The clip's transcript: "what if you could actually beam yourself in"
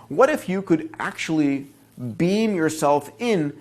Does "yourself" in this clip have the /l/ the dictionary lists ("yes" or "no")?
yes